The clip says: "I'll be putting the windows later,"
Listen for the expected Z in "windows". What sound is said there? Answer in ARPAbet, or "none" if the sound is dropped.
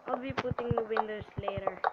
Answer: S